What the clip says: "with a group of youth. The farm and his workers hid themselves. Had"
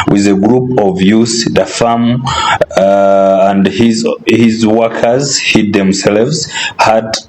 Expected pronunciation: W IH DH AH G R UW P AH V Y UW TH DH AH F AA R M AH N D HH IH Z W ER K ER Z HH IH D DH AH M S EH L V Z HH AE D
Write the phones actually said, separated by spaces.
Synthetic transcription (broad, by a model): W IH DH AH G R UW P AH V Y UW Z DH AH F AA M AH N D HH IH Z W ER K ER Z HH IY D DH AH M S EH L V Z HH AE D